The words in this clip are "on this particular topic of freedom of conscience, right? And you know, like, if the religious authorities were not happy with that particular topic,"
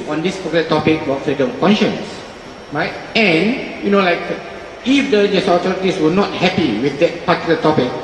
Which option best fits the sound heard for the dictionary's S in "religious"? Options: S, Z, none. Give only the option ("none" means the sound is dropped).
none